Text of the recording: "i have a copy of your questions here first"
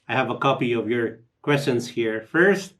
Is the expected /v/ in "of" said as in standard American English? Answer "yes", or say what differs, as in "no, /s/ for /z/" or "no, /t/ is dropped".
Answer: yes